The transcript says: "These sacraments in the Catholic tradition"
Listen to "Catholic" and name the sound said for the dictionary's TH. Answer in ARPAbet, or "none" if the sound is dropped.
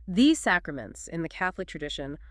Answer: TH